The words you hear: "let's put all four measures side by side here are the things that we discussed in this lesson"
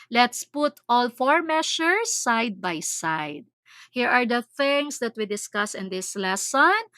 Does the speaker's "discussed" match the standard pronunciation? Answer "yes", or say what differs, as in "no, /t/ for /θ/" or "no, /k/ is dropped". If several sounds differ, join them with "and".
no, /t/ is dropped